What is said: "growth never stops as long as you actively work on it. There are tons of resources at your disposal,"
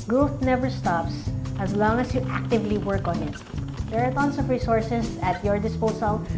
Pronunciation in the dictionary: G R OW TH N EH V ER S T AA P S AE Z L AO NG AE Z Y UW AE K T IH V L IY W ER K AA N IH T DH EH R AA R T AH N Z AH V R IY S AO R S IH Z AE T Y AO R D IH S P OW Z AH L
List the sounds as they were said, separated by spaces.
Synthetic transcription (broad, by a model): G R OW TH N EH V ER S T AA P S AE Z L AO NG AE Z Y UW AE K T IH V L IY W ER K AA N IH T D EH R AA R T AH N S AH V R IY S AO R S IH S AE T Y AO R D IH S P OW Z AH L